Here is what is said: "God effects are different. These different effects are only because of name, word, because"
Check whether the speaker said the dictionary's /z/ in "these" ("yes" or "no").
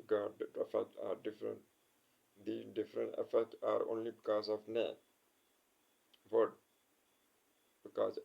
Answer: no